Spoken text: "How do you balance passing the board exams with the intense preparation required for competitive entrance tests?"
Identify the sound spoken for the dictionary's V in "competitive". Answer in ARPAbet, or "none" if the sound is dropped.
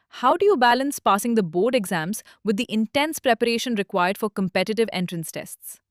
V